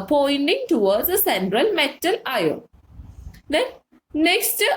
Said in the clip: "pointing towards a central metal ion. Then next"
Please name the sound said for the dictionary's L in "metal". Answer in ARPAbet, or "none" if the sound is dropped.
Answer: L